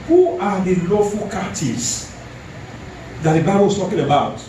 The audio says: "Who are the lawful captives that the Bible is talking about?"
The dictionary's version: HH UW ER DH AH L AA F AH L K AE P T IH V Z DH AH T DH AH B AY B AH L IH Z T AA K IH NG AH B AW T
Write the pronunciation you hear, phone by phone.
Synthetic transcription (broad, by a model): HH UW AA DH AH L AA F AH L K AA T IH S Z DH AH T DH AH B AY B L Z T AA K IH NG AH B AW T